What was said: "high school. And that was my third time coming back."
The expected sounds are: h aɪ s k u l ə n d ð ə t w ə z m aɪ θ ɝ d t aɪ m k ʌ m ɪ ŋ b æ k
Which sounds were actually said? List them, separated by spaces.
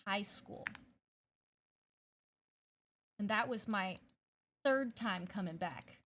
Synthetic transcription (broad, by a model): h aɪ s k u l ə n ð ə t w ə z m aɪ θ ɝ d t aɪ m k ʌ m ɪ ŋ b æ k